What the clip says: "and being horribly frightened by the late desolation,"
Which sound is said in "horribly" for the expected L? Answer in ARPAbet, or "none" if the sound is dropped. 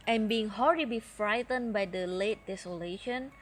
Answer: none